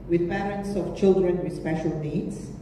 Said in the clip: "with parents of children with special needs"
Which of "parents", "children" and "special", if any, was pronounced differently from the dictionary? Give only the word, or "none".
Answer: none